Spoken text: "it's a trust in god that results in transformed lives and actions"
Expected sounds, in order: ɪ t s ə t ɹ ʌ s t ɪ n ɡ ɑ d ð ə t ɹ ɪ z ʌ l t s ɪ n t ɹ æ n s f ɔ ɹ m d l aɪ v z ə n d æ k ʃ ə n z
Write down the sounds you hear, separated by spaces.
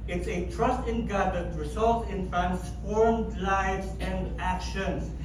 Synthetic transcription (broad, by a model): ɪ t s ə t ɹ ʌ s t ɪ n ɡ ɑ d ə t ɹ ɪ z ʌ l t ɪ n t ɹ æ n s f ɔ ɹ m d l aɪ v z ə n d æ k ʃ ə n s